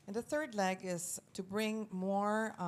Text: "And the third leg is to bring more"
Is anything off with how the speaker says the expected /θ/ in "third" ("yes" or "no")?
no